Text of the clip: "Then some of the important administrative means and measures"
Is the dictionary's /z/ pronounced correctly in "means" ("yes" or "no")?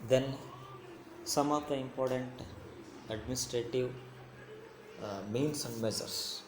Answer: no